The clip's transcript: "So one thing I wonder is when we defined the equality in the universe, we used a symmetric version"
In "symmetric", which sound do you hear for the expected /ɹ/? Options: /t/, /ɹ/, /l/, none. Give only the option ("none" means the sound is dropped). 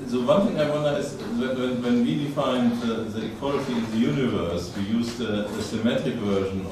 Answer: none